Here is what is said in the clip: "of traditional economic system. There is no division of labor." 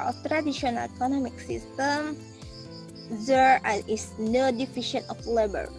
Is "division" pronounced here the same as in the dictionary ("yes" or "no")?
no